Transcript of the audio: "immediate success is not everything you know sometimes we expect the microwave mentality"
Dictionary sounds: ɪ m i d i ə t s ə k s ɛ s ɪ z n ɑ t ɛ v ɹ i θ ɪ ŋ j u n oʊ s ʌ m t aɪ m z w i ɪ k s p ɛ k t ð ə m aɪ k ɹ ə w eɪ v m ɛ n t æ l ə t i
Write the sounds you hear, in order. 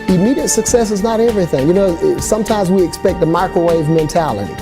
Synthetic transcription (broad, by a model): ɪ m i d i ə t s ə k s ɛ s ɪ z n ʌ t ɛ v ɹ i θ ɪ ŋ j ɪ n oʊ s ʌ m t aɪ m z w i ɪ k s p ɛ k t ð ə m aɪ k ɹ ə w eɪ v m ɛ n t æ l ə t i